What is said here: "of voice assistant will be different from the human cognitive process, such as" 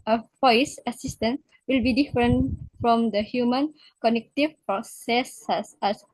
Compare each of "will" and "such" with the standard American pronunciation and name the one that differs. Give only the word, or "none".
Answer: such